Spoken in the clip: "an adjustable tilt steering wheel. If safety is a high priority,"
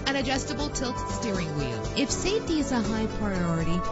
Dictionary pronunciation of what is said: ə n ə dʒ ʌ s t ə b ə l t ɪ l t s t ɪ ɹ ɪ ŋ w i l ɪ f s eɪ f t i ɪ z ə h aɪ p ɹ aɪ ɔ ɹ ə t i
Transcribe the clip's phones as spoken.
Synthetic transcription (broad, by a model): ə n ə dʒ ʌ s t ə b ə l t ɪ l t s t ɪ ɹ ɪ ŋ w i ɪ f s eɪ t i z ə h aɪ p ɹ aɪ ɔ ɹ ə t i